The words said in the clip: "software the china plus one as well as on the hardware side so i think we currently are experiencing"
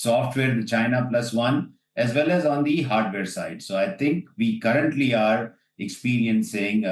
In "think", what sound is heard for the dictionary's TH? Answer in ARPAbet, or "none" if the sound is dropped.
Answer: T